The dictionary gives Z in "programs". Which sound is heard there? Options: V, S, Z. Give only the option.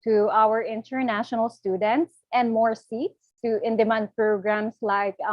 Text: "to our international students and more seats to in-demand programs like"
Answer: S